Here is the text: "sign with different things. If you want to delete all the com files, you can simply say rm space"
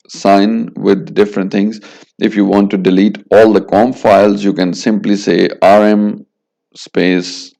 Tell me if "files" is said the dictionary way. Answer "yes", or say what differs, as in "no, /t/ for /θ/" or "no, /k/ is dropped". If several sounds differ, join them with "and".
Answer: yes